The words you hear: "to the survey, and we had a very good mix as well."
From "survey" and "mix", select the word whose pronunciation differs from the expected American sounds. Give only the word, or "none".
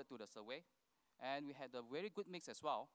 survey